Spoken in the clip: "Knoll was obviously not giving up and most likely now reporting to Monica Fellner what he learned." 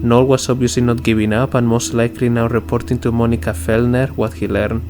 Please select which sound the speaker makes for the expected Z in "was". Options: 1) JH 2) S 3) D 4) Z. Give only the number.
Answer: 2